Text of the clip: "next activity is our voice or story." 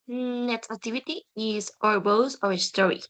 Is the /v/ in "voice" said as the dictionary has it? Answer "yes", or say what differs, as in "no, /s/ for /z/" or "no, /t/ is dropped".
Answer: no, /b/ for /v/